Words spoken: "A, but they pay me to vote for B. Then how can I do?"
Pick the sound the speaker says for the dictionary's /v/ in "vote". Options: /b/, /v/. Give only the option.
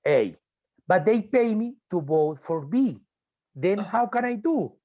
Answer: /b/